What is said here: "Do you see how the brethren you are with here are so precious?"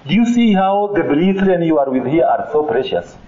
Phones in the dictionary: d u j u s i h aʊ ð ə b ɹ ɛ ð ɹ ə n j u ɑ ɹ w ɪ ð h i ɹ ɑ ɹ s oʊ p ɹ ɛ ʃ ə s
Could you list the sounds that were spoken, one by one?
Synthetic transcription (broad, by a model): j u s i h aʊ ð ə b l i ɹ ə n j u ɑ ɹ w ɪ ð h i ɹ ɑ ɹ s oʊ p ɹ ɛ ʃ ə s